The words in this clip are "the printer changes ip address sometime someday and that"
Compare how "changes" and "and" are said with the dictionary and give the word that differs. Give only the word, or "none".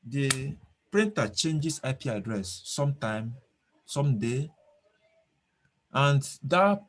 changes